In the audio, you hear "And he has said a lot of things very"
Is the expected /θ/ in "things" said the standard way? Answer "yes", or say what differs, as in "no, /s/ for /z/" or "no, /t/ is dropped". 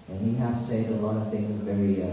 yes